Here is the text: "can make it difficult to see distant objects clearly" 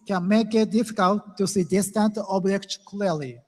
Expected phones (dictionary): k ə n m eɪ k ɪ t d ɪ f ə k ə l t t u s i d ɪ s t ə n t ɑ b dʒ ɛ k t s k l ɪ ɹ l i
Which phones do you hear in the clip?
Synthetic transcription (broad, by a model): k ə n m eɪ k ɪ t d ɪ f ə k ə l t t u s i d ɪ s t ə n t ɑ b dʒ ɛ k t k l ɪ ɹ l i